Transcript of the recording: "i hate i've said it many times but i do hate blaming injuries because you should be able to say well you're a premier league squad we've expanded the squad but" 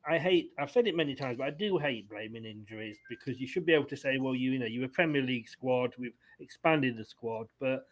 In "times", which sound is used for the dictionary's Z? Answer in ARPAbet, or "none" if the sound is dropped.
Z